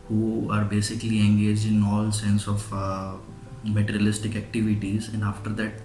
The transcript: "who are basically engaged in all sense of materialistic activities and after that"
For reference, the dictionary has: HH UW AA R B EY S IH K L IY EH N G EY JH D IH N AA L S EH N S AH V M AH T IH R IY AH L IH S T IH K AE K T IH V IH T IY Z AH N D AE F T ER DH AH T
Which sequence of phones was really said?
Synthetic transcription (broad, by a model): HH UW AA R B EY S IH K L IY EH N G EY JH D IH N AA L S EH N S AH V M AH T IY R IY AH L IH S T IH K AE K T IH V IH T IY Z AH N D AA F T ER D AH T